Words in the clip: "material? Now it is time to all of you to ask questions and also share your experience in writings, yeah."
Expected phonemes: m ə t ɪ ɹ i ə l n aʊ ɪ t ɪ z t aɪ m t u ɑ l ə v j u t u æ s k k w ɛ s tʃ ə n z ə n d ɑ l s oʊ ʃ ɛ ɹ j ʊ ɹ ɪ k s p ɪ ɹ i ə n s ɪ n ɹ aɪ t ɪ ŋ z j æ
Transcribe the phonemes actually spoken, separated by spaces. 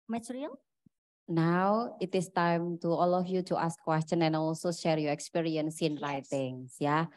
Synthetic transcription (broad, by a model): m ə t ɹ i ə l n aʊ ɪ t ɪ s t aɪ m t u ɑ l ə f j u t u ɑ s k k w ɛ s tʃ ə n ə n ɑ l s oʊ ʃ ɛ ɹ j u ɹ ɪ k s p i ɹ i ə n s ɪ n ɹ aɪ t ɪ ŋ s j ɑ